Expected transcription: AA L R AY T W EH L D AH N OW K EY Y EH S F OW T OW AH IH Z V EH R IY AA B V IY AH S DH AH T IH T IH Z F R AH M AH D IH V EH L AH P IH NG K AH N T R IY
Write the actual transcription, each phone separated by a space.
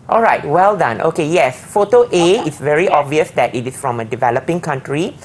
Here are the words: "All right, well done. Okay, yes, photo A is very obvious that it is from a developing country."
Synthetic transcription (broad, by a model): AA L R AY T W EH L D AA N OW K EY Y EH S F OW T OW AH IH S V EH R IY AA B V IY AH S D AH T IH T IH S F R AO M AH D IH V EH L AH P IH NG K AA N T R IY